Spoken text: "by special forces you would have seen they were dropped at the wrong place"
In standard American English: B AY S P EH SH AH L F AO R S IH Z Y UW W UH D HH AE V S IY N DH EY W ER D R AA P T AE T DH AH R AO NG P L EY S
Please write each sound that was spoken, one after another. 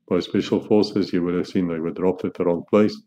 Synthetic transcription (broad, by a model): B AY S P EH SH AH L F AO R S IH Z Y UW W UH D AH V S IY N DH EY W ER D R AA P T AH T DH AH R AO NG P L EY S